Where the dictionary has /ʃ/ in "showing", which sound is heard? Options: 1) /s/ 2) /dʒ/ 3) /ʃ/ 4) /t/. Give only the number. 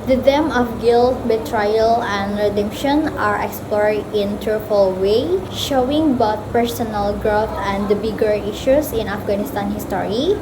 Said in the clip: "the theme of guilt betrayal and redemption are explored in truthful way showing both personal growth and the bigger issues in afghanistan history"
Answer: 3